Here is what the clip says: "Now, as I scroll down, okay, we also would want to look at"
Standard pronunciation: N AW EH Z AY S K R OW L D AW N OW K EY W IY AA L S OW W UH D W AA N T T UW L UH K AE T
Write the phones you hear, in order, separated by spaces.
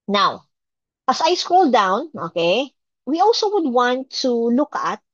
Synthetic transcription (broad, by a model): N AW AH S AY S K R OW L D AW N OW K EY W IY AA L S OW W UH D W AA N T T UW L UH K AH T